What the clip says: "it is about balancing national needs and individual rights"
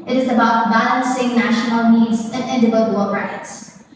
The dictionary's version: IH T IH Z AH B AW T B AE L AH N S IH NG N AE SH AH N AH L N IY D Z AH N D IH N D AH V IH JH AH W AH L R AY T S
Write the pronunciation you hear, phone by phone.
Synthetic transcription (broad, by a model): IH T IH Z AH B AW T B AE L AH N S IH NG N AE SH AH N L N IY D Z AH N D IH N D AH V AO AH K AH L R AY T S